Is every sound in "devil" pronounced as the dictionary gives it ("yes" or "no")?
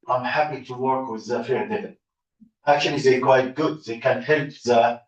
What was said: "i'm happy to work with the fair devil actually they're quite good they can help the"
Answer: no